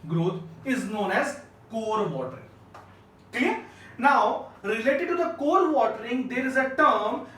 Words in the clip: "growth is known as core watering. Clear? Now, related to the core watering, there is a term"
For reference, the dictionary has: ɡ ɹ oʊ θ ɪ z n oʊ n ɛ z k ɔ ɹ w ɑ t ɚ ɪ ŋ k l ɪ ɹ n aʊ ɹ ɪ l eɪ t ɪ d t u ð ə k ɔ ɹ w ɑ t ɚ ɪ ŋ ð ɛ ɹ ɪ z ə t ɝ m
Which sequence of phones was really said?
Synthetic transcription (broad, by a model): ɡ ɹ oʊ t ɪ z n oʊ n ɛ z k ɔ ɹ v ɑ t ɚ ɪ ŋ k ɛ n aʊ ɹ ɪ l eɪ t ɪ d t u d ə k ɔ ɹ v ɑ t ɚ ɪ ŋ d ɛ ɹ ɪ z ə t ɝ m